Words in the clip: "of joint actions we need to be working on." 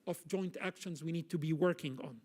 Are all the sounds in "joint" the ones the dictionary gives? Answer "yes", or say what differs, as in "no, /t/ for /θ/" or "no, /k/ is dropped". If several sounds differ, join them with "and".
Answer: yes